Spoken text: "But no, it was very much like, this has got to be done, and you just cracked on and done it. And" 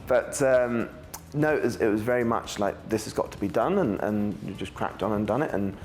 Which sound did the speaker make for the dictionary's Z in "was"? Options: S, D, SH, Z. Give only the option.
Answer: Z